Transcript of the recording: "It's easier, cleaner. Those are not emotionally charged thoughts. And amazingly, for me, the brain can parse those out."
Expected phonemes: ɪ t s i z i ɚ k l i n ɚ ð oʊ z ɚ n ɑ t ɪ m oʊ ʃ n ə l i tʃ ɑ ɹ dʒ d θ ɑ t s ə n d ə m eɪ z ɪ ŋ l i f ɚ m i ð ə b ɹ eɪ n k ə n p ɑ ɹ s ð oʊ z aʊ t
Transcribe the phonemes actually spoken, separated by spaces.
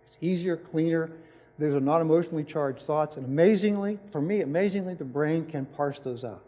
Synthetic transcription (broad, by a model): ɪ t s i z i ɚ k l i n ɚ ð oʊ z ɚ n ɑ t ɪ m oʊ ʃ n l i tʃ ɑ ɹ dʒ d θ ɑ t s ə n ə m eɪ z ɪ ŋ l i f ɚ m i ð ə b ɹ eɪ n k ə n p ɑ ɹ s ð oʊ z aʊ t